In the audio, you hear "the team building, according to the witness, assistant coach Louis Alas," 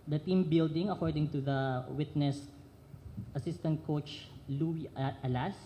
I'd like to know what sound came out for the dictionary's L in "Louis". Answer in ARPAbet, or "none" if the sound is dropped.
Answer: L